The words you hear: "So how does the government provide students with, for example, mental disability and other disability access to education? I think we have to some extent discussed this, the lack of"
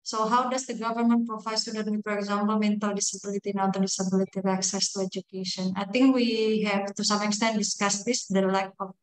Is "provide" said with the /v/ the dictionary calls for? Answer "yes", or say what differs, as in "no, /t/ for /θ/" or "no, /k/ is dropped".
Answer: no, /f/ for /v/